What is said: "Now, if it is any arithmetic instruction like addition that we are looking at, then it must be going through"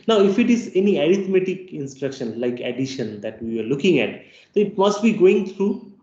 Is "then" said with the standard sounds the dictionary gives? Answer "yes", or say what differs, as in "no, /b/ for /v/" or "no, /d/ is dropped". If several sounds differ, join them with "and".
no, /n/ is dropped